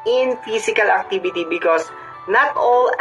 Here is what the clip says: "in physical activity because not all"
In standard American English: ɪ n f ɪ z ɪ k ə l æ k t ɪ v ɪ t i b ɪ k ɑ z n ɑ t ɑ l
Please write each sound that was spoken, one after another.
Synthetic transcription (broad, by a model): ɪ n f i s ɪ k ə l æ k t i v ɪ t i b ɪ k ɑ s n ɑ t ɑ l